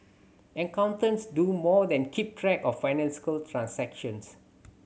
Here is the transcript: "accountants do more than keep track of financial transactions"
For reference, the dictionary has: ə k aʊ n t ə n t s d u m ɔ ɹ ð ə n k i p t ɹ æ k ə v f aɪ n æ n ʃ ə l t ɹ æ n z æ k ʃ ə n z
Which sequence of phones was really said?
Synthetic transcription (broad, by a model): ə k aʊ n t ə n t s d u m ɔ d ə n k i p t ɹ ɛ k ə f aɪ n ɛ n s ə l t ɹ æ n s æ k ʃ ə n s